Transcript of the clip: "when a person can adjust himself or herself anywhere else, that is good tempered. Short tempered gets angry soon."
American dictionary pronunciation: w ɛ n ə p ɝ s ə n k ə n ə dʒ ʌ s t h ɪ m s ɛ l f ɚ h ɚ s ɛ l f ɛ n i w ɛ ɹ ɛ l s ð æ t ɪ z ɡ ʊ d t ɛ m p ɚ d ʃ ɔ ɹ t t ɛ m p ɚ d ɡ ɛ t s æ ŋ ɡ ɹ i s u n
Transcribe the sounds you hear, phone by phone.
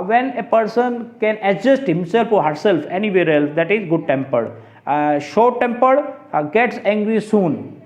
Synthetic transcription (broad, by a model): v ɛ n ə p ɝ s ə n k ə n ə dʒ ʌ s t h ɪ m s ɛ l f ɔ h ɚ s ɛ l f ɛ n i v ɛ ɹ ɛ l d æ t ɪ z ɡ ʊ d t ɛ m p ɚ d ʃ ɔ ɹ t t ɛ m p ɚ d ɡ ɛ t s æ ŋ ɡ ɹ i s u n